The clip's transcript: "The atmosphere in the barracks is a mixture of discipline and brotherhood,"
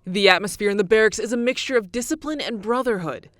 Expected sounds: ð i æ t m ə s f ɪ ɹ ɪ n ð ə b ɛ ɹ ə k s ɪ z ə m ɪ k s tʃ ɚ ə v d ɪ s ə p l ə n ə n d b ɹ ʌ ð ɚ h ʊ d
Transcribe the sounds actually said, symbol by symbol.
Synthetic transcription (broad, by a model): ð i æ t m ə s f ɪ ɹ ɪ n ð ə b ɛ ɹ ə k s ɪ z ə m ɪ k s tʃ ɚ ə v d ɪ s ə p l ə n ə n b ɹ ʌ ð ɚ h ʊ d